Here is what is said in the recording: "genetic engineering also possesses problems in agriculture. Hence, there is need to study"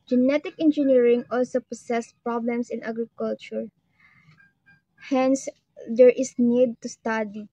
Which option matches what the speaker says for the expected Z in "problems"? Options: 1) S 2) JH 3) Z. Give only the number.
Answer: 1